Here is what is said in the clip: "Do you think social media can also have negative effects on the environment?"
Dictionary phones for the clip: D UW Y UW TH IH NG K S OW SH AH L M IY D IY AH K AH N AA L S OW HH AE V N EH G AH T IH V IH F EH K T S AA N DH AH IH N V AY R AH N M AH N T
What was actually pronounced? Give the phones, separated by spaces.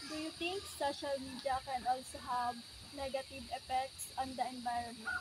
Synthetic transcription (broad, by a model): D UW Y UW T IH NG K S OW SH AH L M IY D IY AH K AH N AA L S OW HH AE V N EH G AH T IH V IH F EH K T S AA N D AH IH N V AY R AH N M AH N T